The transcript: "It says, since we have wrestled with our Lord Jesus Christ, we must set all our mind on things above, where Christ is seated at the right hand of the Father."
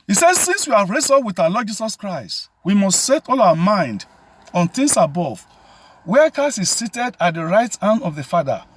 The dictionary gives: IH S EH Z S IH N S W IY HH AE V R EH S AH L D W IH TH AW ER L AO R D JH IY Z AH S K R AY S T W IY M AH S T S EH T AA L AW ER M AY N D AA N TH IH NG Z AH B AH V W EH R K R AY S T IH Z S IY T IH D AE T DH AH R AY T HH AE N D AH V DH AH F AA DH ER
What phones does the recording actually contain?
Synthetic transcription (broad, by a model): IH S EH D S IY N S W IY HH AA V R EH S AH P W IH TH AW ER L AO D JH IY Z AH S K R AY S T W IY M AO S T S EH T AA L AW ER M AY N D AA N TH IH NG S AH B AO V W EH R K AY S IH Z S IY T IH D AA T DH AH R AY T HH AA N D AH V DH AH F AA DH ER